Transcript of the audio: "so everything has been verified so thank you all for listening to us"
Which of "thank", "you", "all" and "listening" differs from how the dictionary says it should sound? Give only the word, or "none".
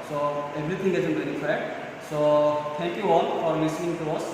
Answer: thank